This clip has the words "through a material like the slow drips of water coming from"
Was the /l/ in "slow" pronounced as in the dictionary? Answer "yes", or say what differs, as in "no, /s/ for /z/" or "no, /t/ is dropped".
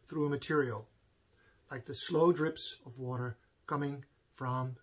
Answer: yes